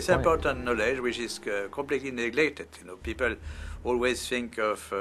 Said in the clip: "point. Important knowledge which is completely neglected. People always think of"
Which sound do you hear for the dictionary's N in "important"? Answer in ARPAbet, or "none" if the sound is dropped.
N